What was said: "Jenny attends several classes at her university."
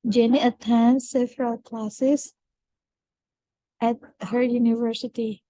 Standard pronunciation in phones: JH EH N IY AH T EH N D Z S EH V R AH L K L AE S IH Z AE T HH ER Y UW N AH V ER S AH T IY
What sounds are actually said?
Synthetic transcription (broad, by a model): JH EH N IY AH T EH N S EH F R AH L K L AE S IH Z AE T HH ER Y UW N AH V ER S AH T IY